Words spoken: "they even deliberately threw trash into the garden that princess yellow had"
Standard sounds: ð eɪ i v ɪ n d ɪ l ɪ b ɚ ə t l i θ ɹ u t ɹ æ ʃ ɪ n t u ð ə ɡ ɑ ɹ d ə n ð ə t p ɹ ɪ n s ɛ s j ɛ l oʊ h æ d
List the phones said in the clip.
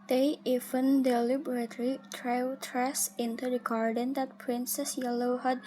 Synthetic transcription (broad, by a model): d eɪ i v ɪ n d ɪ l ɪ b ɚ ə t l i t ɹ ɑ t ɹ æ s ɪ n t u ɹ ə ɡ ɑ ɹ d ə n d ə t p ɹ ɪ n s ɛ s j ɛ l oʊ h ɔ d